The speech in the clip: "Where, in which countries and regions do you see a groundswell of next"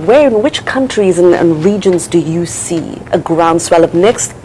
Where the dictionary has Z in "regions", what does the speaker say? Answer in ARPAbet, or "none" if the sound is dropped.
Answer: Z